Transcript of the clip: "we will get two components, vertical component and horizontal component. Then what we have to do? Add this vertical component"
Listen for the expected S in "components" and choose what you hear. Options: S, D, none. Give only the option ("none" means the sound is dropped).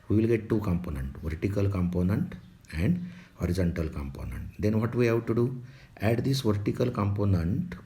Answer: none